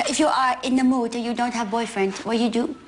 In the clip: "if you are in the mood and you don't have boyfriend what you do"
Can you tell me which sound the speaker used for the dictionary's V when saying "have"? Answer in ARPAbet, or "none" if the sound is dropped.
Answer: V